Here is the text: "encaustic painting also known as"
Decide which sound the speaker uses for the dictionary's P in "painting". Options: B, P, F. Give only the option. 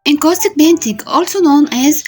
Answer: B